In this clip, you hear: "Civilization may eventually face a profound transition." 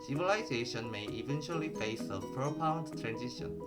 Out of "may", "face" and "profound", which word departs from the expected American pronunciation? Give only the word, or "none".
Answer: profound